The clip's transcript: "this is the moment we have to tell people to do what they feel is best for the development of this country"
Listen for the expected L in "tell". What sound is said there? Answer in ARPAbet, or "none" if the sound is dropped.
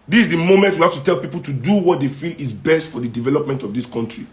L